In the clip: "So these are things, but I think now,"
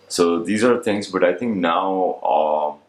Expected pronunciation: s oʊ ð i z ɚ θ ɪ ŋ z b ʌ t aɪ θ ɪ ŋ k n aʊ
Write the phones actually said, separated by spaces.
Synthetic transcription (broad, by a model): s oʊ ð i z ɚ θ ɪ ŋ z b ʌ t aɪ θ ɪ ŋ k n aʊ